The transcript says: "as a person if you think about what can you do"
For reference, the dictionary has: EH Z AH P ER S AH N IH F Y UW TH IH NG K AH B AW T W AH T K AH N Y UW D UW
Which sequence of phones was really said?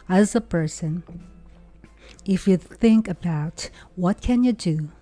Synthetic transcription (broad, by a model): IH Z AH P ER S AH N IH F Y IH TH IH NG K AH B AW T W AH T K AH N Y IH D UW